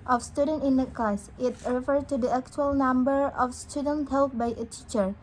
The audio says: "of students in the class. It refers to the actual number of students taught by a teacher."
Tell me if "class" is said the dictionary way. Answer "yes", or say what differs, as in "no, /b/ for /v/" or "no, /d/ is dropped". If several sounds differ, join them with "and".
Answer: no, /l/ is dropped